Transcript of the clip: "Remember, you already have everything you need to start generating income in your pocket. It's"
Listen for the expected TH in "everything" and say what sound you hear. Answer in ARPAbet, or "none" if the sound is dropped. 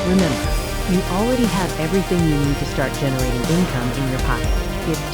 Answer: TH